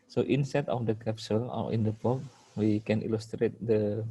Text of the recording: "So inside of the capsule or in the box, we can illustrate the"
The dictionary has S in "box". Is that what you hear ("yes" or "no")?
no